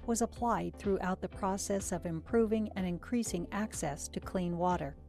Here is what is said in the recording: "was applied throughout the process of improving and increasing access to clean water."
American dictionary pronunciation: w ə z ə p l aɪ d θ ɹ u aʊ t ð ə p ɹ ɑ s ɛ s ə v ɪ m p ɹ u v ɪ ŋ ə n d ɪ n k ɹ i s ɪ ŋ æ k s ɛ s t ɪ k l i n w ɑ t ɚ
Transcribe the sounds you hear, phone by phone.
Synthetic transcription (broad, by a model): w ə z ə p l aɪ d θ ɹ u aʊ t ð ə p ɹ ɑ s ɛ s ə v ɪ m p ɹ u v ɪ ŋ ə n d ɪ n k ɹ i s ɪ ŋ æ k s ɛ s t ɪ k l i n w ɑ t ɚ